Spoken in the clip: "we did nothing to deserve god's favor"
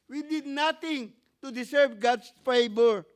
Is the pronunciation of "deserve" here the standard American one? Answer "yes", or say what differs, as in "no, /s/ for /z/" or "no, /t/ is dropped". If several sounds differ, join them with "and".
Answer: no, /s/ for /z/